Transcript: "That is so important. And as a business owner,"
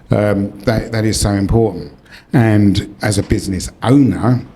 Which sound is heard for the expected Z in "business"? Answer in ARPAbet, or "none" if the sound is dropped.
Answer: Z